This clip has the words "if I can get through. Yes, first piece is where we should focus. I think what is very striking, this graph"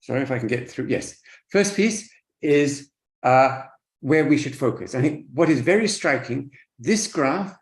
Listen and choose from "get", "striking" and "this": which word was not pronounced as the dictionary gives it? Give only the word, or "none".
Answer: none